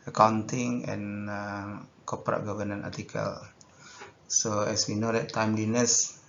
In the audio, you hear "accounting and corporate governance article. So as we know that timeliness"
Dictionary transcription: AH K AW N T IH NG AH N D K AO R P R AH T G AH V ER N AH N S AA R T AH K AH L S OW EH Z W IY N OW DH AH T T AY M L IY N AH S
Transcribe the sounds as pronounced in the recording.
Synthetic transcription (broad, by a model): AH K AW N T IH NG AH N K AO P R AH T G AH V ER N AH N AA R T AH K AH L S OW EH S W IY N OW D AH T T AY M L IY N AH S